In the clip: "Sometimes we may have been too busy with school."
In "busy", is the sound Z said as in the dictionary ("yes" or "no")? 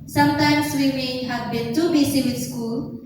no